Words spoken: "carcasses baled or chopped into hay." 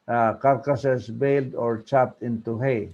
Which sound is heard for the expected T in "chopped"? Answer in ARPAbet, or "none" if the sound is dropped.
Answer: T